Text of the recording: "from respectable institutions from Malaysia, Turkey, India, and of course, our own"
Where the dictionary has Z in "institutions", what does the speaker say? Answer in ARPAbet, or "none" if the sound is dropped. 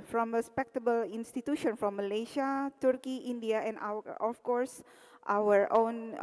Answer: none